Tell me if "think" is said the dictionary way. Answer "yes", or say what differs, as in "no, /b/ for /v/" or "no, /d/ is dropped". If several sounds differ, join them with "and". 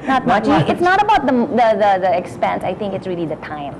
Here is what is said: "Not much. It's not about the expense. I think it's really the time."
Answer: no, /t/ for /θ/